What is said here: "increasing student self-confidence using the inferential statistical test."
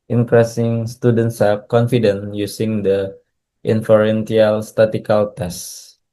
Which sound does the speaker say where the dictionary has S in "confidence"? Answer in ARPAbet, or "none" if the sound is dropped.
none